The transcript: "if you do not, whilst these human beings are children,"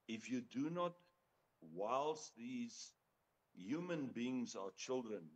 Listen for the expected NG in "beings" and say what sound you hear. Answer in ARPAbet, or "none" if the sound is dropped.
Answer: NG